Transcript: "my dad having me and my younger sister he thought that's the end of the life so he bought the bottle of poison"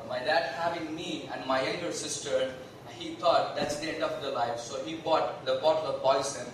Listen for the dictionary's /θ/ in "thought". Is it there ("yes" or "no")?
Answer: no